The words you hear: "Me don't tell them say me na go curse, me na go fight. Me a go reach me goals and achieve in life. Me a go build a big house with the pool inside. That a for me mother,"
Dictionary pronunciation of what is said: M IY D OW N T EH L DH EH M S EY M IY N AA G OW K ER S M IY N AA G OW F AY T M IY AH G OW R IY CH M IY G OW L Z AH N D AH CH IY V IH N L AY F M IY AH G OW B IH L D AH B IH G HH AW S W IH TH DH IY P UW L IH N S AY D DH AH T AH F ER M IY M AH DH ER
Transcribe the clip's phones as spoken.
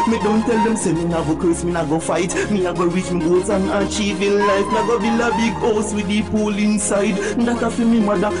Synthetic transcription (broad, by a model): M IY D OW N T EH L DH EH M S EY M IY N AA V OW K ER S M IY N AA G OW F AY T M IY AH G OW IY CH M IY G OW Z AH N AH CH IY V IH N L AY F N AH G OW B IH L AH B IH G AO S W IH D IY P UW L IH N S AY D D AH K AH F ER M IY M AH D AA